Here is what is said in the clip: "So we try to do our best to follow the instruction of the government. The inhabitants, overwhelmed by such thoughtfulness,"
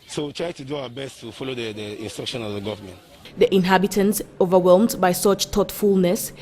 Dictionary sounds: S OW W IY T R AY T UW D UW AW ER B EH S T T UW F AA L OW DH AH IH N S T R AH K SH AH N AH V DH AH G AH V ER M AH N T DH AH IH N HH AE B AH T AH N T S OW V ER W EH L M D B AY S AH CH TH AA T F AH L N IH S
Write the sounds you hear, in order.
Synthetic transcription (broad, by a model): S OW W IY T R AY T UW D UW AW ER B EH S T T UW F AA L OW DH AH IH N S T R AH K SH AH N AH V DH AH G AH V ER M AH N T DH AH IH N HH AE B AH T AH N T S OW V ER W EH L M D B AY S AH CH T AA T F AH L N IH S